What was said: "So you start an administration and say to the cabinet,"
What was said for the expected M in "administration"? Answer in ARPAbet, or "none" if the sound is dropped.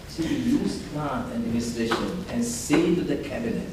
none